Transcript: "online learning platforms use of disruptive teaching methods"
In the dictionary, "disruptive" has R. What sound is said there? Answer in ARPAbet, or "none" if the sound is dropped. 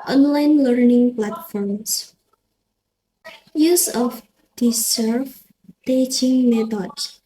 none